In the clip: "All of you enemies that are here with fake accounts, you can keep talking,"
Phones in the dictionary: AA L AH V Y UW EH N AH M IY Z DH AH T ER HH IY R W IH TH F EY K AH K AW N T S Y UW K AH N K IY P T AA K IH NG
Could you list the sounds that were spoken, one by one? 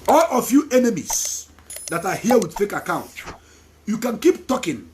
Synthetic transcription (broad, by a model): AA L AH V Y UW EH N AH M IY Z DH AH T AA HH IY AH W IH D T EY K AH K AW N T Y UW K AH N K IY P T AA K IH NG